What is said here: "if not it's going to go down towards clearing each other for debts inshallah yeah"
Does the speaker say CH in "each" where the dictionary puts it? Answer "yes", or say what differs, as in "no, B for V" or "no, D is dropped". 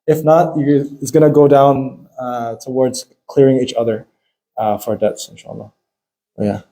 yes